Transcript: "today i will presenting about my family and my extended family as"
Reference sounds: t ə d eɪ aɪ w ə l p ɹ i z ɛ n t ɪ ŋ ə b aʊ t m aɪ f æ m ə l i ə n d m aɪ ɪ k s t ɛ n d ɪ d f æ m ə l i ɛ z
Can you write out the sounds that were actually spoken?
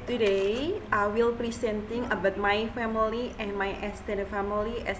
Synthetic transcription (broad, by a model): t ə d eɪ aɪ w ə l p ɹ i s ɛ n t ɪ ŋ ə b aʊ t m aɪ f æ m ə l i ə n m aɪ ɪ s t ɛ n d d f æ m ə l i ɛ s